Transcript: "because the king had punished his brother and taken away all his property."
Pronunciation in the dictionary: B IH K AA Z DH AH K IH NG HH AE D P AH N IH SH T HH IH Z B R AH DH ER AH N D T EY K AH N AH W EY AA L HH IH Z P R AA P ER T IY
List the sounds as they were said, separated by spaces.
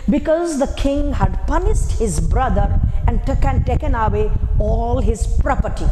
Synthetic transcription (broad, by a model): B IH K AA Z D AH K IH NG HH AE D P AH N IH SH T HH IH Z B R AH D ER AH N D T EY K AH N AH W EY AA L HH IH Z P R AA P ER T IY